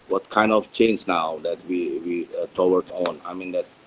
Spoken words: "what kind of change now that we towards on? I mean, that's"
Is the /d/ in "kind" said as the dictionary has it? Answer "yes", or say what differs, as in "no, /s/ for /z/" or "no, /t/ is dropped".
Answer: yes